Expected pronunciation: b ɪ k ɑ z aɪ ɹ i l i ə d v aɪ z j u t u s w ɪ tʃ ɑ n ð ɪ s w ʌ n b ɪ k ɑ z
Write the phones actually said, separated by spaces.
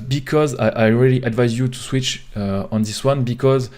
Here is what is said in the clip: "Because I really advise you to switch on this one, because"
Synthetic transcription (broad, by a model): b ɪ k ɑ z aɪ ɹ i l i ə d v aɪ z j u t u s w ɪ tʃ ɑ n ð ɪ s w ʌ n b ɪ k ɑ z